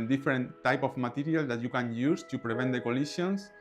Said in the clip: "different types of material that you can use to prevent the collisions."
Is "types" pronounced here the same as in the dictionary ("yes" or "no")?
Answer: no